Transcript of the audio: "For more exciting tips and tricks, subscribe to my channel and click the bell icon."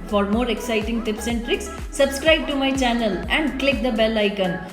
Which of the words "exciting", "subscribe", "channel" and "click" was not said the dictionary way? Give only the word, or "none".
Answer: none